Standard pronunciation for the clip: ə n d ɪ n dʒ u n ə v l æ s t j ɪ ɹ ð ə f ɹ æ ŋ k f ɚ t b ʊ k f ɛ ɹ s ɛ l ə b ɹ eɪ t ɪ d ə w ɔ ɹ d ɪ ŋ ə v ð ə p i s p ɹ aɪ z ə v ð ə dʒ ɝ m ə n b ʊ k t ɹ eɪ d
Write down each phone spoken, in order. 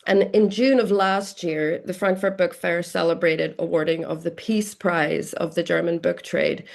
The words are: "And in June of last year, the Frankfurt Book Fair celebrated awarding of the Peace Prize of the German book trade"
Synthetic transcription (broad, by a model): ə n ɪ n dʒ u n ə v l æ s t j ɪ ɹ ð ə f ɹ æ ŋ k f ɚ t b ʊ k f ɛ ɹ s ɛ l ə b ɹ eɪ t ɪ d ə w ɔ ɹ d ɪ ŋ ə v ð ə p i s p ɹ aɪ z ə v ð ə dʒ ɝ m ə n b ʊ k t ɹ eɪ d